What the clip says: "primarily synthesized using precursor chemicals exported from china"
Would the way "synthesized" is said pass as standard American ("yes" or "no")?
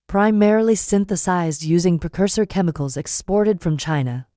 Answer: yes